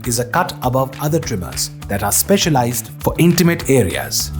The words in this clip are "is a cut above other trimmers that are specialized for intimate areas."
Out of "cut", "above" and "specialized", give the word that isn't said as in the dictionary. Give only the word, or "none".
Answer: none